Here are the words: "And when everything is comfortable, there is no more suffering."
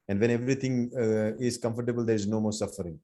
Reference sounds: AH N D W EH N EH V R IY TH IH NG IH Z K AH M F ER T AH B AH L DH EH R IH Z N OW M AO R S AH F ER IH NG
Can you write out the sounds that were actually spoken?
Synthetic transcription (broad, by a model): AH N D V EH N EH V R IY T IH NG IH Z K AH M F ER T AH B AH L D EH R IH Z N OW M AO R S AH F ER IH NG